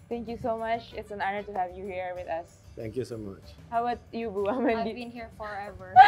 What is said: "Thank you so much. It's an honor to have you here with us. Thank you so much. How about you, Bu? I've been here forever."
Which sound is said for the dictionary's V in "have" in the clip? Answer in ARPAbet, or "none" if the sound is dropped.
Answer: V